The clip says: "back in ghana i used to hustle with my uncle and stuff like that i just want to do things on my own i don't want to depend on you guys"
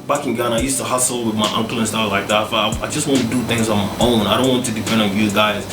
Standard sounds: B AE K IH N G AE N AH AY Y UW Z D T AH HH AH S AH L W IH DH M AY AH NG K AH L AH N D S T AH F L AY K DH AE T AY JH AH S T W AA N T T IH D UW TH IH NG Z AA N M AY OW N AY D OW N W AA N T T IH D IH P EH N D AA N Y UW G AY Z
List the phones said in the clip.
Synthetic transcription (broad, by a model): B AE K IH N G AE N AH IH Y UW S T AH HH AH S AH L W IH DH M AY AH NG K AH L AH N S T AH F L AY K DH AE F AY JH AH S T W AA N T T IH D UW TH IH NG Z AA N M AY OW N AY D OW N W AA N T T IH D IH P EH N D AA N Y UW G AY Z